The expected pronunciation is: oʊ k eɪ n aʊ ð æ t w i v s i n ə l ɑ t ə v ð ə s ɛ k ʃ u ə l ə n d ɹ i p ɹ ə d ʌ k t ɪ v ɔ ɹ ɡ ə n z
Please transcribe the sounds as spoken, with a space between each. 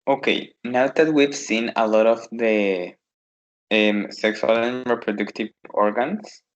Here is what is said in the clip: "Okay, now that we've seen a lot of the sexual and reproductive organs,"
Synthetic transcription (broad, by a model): oʊ k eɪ n aʊ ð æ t w i v s i n ə l ɑ t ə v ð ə s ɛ k s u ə l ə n ɹ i p ɹ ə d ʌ k t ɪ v ɔ ɹ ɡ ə n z